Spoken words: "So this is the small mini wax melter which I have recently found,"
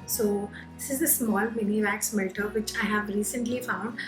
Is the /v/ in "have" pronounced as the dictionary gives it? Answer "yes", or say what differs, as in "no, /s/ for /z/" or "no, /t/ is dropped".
yes